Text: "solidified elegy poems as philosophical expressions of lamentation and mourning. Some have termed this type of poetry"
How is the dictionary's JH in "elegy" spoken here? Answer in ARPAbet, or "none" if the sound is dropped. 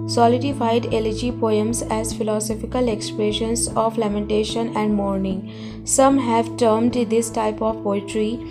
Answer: JH